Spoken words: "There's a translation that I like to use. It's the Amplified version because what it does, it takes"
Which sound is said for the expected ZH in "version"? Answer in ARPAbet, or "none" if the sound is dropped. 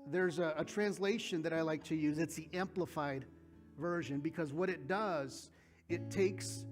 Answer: ZH